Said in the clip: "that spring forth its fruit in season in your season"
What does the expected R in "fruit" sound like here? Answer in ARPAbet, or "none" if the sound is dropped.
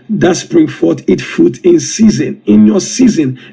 none